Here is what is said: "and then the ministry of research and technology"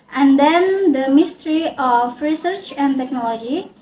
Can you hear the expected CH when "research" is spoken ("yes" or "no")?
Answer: yes